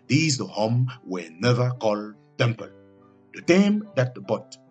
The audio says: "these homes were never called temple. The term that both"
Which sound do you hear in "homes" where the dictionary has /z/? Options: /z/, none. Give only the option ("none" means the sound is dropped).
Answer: none